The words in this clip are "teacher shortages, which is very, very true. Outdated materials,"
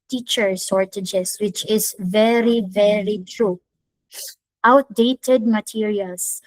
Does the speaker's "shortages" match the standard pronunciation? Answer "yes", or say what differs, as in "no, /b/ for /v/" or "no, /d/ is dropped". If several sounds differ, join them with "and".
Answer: no, /s/ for /ʃ/